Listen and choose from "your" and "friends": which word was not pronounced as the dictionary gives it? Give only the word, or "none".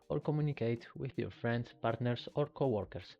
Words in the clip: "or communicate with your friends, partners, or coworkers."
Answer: friends